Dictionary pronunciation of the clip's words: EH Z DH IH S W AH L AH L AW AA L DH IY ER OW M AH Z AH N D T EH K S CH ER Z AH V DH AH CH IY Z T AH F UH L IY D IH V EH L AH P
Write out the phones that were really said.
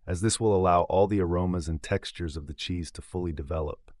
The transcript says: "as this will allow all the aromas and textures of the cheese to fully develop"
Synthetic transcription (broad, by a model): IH Z DH IH S W AH L AH L AW AA L DH IY ER OW M AH Z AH N T EH K S CH ER Z AH V DH AH CH IY Z T AH F UH L IY D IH V EH L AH P